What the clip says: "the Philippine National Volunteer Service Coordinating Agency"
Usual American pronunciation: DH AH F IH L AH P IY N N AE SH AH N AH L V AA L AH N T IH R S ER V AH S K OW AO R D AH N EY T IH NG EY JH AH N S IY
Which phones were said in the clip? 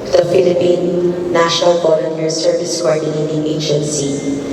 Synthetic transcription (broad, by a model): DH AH F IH L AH P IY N N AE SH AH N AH L B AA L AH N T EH R S ER V AH S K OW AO R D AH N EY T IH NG EY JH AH N S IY